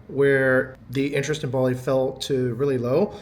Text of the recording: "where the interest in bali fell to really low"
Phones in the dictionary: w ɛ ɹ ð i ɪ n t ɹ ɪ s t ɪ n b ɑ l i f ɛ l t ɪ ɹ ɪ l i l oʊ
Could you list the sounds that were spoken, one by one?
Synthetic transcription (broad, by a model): w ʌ ɹ ð i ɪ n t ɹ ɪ s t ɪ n b ɑ l i f ɛ l t ɪ ɹ ɪ l i l oʊ